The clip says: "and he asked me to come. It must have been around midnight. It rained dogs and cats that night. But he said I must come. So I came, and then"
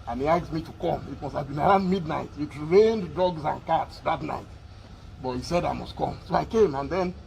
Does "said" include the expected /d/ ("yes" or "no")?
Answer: yes